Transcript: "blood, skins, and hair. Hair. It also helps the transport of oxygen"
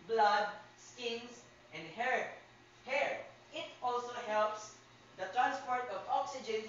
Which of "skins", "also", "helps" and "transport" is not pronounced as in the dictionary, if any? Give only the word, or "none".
skins